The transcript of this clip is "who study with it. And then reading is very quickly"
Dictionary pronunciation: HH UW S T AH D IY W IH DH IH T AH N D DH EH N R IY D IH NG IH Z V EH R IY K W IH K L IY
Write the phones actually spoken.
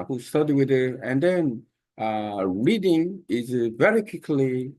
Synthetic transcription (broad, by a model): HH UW S T AH D IY W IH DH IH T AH N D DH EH N R IY D IH NG IH Z V EH R IY K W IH K L IY